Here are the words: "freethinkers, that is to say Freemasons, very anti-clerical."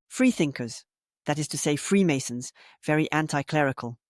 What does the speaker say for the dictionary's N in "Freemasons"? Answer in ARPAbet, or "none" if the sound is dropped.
N